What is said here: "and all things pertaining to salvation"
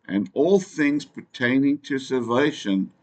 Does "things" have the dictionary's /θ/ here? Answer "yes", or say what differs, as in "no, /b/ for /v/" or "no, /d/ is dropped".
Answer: yes